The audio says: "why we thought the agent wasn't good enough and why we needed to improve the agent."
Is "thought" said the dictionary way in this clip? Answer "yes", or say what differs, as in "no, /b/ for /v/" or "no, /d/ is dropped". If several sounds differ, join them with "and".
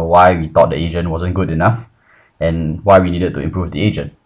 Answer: no, /t/ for /θ/